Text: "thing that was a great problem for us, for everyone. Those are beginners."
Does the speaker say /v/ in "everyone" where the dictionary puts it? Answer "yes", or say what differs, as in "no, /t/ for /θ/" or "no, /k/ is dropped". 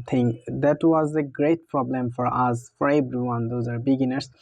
no, /b/ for /v/